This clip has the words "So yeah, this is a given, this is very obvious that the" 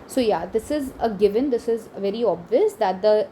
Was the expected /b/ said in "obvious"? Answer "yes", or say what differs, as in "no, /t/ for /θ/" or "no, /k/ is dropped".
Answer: yes